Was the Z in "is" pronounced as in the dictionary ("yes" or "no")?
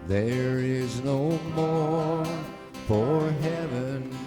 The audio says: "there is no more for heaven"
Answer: yes